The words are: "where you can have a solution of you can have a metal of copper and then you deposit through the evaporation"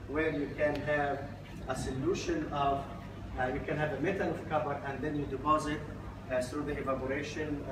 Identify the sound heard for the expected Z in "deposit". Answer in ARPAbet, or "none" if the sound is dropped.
Z